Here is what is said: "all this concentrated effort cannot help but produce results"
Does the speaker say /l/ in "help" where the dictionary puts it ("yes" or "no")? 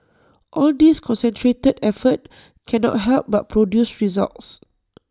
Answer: yes